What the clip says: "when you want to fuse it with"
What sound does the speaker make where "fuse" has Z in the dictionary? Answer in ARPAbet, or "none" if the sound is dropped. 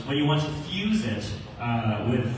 Z